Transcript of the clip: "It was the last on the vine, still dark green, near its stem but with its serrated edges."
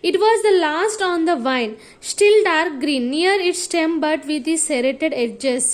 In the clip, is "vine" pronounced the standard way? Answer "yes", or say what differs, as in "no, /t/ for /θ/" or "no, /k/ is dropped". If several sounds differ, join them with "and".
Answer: yes